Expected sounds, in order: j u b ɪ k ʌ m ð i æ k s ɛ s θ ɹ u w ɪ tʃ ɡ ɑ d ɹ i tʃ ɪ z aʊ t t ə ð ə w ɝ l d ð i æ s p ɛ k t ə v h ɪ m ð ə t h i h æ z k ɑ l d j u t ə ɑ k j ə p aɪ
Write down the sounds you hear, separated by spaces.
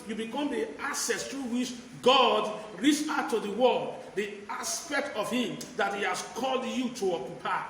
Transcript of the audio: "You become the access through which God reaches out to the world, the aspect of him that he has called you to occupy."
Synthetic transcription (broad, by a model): j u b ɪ k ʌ m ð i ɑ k s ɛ s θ ɹ u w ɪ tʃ ɡ ɑ d ɹ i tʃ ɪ ʊ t t ə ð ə w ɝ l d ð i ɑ s p ɛ k t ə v h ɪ m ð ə t h i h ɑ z k ɑ l d j u t ə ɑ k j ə p aɪ